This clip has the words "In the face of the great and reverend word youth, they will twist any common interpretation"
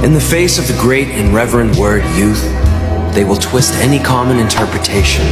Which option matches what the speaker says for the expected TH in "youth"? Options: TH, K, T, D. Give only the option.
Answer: TH